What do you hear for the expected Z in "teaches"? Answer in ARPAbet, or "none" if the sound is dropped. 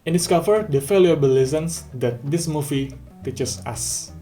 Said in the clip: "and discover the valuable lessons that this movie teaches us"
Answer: S